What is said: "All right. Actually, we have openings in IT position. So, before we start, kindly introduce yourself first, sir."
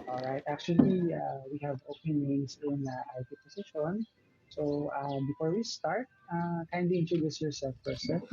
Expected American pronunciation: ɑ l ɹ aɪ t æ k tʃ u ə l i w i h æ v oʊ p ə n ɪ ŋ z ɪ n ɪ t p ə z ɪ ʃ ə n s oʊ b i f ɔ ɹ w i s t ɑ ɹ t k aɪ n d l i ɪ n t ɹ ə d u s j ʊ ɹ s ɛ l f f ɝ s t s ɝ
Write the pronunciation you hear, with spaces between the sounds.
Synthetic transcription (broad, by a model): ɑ l ɹ aɪ t æ k tʃ u ə l i w i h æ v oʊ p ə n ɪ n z ɪ n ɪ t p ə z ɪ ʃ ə n s oʊ b i f ɔ ɹ w i s t ɑ ɹ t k aɪ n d i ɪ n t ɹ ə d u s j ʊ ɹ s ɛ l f p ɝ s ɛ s